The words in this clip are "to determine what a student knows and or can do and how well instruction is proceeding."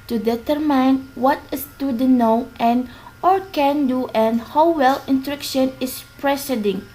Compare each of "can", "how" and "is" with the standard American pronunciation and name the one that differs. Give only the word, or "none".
is